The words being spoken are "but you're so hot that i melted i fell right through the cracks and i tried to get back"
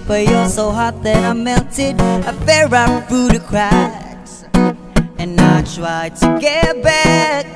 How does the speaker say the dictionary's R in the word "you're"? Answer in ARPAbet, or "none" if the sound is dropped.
L